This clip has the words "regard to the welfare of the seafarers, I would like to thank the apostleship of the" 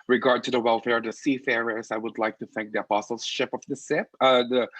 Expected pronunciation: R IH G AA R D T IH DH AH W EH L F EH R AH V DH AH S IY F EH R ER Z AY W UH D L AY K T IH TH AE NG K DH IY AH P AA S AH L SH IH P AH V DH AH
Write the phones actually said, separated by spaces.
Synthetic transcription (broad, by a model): R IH G AA R D T IH DH AH W EH L F EH R AH V DH AH S IY F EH R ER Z AY W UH D L AY K T IH TH AE NG K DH IY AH P AA S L SH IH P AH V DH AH